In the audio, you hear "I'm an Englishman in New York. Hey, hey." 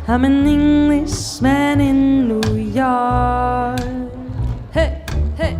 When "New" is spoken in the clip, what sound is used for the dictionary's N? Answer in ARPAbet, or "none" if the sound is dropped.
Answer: N